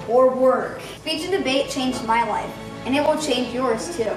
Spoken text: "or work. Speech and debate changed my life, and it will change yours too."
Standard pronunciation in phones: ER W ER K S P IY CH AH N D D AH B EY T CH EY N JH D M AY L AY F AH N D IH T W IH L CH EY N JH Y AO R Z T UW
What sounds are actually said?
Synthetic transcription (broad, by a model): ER W ER K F IY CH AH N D D AH B EY T CH EY N JH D M AY L AY F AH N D IH T W IH L CH EY N JH Y AO R Z T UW